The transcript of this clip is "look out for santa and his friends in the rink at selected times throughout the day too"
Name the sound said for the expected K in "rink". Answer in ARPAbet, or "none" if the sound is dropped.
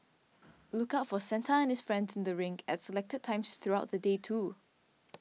none